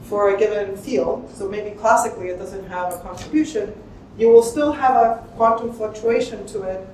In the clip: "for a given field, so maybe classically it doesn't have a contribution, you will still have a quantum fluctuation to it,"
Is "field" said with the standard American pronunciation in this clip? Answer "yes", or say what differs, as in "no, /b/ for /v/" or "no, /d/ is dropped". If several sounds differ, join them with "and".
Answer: yes